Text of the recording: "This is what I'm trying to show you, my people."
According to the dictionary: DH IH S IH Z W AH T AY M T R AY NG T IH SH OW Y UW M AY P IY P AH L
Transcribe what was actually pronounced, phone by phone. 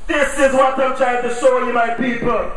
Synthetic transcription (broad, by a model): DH IH S IH Z W AH T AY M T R AY T IH S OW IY M AY P IY P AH L